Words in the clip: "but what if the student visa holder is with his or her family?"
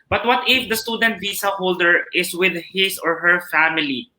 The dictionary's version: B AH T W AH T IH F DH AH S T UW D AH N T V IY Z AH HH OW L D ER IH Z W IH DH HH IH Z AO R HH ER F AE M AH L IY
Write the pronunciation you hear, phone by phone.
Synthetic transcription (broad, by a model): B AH T W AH T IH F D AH S T UW D AH N T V IY S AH HH OW L D ER IH S W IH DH HH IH S AO R HH ER F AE M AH L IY